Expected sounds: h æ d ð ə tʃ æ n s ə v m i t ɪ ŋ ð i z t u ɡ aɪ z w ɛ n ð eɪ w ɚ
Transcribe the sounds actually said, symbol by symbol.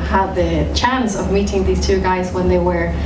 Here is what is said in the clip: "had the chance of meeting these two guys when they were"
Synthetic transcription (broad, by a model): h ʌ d ð ə tʃ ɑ n s ə v m i t ɪ ŋ ð i z t u ɡ aɪ z w ɛ n ð eɪ w ɚ